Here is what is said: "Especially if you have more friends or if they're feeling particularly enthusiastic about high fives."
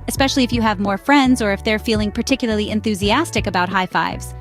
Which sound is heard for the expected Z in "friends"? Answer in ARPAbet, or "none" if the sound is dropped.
Z